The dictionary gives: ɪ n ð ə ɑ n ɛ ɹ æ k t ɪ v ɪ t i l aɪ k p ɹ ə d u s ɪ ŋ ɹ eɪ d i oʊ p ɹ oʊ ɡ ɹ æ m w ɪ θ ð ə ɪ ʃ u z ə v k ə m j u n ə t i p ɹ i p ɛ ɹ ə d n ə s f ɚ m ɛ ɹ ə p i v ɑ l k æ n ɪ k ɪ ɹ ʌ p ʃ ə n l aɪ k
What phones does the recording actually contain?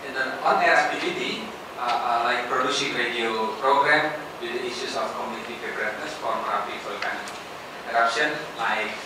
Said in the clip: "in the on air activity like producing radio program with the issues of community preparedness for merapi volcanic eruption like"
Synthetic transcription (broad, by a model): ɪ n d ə ɑ n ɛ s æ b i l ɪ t i l aɪ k p ɹ ə d u s ɪ ŋ ɹ eɪ d i oʊ p ɹ oʊ ɡ ɹ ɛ m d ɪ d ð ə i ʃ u s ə f k ə m j u n ə t i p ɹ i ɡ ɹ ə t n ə s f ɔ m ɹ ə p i f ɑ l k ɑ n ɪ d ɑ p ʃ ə n l aɪ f